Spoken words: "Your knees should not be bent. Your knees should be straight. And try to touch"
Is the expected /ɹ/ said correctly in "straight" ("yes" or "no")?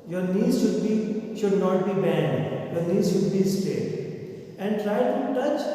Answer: no